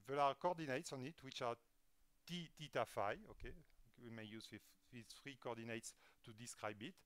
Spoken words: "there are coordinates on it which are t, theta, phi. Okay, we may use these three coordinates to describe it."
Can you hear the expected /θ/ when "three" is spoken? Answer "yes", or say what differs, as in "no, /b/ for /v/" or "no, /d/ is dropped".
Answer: no, /f/ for /θ/